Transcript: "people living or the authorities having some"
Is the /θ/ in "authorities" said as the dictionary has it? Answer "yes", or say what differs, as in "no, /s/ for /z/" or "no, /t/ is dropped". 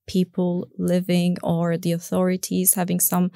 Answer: yes